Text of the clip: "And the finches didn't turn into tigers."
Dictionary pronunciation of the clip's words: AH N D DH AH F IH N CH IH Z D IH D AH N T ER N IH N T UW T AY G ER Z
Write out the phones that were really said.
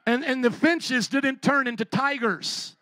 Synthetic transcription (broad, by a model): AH N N DH AH F IH N CH IH Z D IH D N T ER N IH N T UW T AY G ER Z